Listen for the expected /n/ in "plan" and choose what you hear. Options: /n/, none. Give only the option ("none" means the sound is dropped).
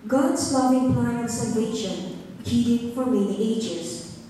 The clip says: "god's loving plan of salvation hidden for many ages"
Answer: none